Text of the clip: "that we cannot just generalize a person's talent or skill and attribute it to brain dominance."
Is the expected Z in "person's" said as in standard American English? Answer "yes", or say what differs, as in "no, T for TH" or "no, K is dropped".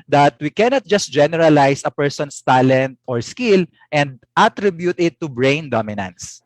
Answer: no, S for Z